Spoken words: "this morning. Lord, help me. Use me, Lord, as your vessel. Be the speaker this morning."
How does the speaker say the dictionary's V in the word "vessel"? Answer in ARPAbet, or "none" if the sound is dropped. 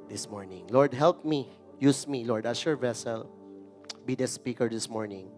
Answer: V